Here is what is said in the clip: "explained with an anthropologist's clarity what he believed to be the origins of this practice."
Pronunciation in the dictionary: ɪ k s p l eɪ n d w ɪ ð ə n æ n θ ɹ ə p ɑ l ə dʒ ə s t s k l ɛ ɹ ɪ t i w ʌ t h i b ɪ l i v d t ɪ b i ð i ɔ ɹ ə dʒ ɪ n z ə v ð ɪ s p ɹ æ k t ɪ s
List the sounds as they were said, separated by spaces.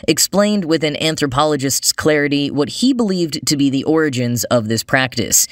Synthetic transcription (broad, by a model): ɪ k s p l eɪ n d w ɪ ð ə n æ n θ ɹ ə p ɑ l ə dʒ ə s t s k l ɛ ɹ ɪ t i w ʌ t h i b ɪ l i v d t ɪ b i ð i ɔ ɹ ə dʒ ɪ n z ə v ð ɪ s p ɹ æ k t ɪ s